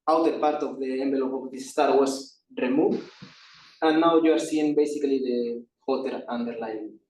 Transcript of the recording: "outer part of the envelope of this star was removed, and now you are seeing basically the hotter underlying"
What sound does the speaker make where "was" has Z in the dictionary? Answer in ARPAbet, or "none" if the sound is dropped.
S